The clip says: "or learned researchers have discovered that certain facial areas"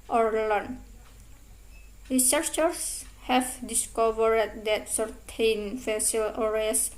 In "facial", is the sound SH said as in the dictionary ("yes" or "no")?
no